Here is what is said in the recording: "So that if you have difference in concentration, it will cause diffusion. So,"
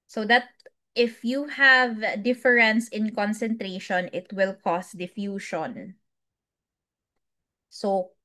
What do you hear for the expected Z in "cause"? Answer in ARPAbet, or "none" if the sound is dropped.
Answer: S